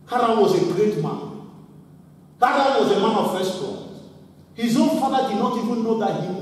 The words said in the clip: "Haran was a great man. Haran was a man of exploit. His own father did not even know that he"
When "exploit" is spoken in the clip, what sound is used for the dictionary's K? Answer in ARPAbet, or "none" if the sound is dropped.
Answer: none